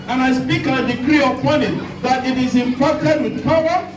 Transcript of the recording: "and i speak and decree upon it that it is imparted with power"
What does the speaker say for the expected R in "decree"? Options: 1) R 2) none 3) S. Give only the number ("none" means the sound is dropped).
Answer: 1